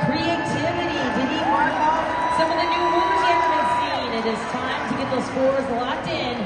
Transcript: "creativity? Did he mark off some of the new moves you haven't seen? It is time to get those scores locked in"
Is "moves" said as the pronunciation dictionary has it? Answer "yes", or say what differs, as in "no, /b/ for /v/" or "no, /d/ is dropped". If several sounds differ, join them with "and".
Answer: no, /v/ is dropped